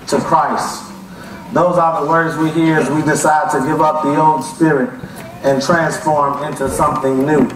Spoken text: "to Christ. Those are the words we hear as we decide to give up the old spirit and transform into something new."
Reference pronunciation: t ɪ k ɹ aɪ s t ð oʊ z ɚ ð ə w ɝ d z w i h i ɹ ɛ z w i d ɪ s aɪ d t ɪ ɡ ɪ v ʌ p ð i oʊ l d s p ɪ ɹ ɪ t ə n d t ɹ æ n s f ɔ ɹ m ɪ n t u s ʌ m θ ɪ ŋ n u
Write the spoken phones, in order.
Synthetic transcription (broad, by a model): t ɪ k ɹ aɪ s t ð oʊ z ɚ ð ə w ɝ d z w i h i ɹ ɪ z w i d ɪ s aɪ d t ɪ ɡ ɪ v ʌ p ð i oʊ n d s p ɪ ɹ ɪ t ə n t ɹ æ n s f ɔ ɹ m ɪ n t u s ʌ m θ ɪ ŋ n u